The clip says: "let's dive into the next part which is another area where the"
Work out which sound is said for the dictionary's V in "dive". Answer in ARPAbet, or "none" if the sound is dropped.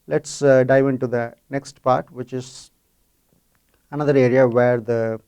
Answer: V